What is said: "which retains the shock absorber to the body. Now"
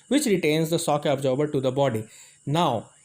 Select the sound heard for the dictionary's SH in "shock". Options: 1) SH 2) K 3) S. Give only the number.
3